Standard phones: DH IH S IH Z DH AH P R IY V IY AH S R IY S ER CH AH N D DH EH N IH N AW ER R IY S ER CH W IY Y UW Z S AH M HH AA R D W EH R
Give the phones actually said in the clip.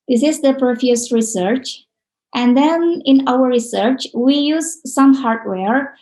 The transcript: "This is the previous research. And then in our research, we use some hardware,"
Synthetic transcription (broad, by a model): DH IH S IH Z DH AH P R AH F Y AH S R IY S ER CH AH N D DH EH N IH N AW ER R IY S ER CH W IY Y UW Z S AH M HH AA R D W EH R